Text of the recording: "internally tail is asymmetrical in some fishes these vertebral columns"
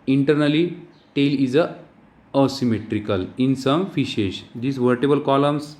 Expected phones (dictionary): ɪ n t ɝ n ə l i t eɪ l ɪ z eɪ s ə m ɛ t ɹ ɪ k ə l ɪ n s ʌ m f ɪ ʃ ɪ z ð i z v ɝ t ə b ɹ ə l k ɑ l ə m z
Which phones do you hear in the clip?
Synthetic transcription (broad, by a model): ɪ n t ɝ n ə l i t eɪ l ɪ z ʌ s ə m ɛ t ɹ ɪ k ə l ɪ n s ʌ m f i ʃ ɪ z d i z v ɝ t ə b ə l k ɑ l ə m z